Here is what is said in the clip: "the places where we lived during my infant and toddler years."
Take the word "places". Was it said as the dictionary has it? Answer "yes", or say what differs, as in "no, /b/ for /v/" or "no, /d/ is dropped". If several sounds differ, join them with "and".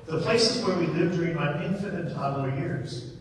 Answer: yes